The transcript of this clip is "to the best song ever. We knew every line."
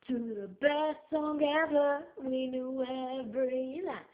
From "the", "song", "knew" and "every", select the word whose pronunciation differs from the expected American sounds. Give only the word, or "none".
every